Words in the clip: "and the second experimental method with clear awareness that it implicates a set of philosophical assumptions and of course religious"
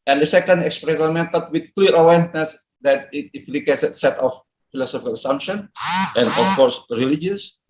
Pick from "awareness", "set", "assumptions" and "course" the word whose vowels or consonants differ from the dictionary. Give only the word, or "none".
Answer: assumptions